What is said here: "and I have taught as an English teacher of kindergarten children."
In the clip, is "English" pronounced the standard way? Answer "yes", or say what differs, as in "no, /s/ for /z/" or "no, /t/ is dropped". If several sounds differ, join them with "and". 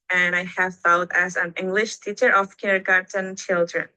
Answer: yes